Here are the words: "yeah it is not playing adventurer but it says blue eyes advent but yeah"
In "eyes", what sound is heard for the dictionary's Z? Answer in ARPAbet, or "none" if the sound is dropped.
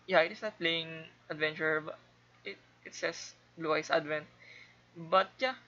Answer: S